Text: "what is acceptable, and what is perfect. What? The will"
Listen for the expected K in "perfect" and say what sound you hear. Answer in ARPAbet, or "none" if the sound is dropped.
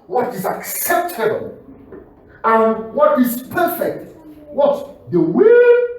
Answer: K